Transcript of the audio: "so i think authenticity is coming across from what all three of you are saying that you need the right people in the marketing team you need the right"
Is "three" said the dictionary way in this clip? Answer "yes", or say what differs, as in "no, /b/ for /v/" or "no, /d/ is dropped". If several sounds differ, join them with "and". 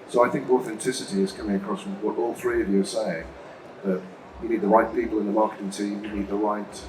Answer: yes